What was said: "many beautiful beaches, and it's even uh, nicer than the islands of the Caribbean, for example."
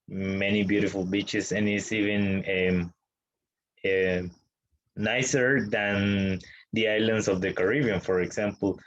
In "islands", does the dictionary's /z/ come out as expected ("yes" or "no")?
no